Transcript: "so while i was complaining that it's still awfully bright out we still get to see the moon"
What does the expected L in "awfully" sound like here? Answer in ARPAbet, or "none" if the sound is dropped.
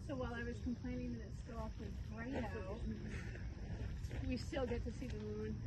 W